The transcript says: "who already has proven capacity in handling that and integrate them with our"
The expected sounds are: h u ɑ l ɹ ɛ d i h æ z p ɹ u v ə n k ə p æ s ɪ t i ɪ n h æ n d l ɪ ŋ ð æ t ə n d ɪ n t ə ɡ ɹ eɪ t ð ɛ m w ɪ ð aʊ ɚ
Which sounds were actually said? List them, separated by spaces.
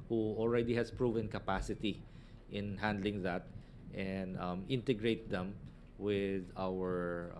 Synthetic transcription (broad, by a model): h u ɑ l ɹ ɛ d i h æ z p ɹ u v ə n k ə p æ s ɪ t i ɪ n h æ n d l ɪ ŋ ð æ t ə n d ɪ n t ə ɡ ɹ eɪ t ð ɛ m w ɪ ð aʊ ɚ